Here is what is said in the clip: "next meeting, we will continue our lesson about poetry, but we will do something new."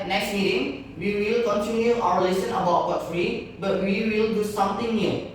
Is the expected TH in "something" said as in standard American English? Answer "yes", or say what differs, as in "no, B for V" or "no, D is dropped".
no, T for TH